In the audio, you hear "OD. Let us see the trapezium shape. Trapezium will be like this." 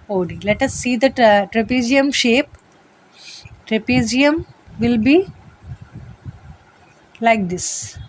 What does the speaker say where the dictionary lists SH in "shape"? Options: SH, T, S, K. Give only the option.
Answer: SH